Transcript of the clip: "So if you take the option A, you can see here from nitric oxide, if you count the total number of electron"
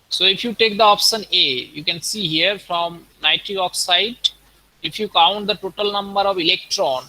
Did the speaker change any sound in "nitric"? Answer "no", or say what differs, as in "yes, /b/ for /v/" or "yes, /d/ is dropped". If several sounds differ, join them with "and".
yes, /k/ is dropped